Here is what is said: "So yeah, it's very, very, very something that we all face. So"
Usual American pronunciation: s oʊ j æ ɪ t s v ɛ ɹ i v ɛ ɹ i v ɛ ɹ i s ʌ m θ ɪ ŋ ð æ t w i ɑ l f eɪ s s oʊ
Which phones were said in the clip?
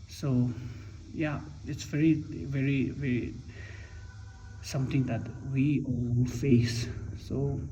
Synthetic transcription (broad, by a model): s oʊ j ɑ ɪ t s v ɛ ɹ i v ɛ ɹ i v ɛ ɹ i s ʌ m t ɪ ŋ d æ t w i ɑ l f eɪ s s oʊ